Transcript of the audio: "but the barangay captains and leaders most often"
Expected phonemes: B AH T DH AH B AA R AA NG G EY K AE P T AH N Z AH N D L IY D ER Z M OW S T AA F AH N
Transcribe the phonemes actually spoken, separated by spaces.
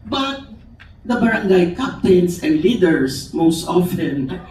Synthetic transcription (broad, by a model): B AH T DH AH B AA R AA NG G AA K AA P T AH N S AH N D L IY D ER S M OW S T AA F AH N